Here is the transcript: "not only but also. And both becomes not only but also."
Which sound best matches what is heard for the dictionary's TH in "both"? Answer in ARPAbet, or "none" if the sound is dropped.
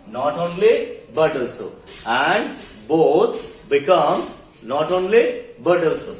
T